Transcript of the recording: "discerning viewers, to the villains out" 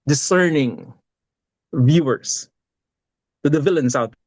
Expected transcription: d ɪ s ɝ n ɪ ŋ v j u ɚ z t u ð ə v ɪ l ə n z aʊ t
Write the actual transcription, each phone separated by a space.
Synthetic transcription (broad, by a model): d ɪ s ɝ n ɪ ŋ v j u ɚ s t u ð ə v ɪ l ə n s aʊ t